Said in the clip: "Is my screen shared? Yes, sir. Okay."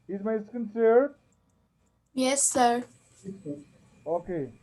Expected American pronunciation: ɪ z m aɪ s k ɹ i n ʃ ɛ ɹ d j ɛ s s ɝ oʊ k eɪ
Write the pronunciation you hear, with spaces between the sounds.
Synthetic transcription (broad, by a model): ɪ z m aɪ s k ʌ n s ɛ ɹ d j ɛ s s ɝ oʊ k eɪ